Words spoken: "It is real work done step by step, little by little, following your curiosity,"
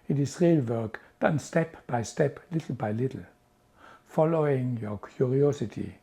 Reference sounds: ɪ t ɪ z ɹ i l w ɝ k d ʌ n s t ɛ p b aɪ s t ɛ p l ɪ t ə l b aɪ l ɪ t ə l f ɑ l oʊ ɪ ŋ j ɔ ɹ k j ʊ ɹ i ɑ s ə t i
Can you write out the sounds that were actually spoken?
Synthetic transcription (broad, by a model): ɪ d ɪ s ɹ i l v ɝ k d ʌ n s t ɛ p b aɪ s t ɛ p l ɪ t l b aɪ l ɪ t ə l f ɑ l oʊ ɪ ŋ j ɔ k j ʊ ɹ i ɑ s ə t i